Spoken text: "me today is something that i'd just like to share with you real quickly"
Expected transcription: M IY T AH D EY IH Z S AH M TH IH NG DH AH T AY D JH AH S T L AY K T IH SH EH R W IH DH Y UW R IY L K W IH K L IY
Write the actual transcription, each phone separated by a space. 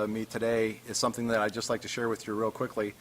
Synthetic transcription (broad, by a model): M IY T AH D EY IH Z S AH M TH IH NG DH AH T AY JH AH S T L AY K T IH SH EH R W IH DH Y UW R IY L K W IH K L IY